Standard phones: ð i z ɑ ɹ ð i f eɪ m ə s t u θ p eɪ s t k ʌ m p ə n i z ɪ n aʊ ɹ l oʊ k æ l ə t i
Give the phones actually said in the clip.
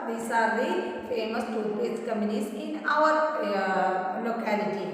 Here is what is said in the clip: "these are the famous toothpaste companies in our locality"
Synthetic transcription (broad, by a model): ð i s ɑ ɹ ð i f eɪ m ə s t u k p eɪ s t k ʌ m ə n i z ɪ n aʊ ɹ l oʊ k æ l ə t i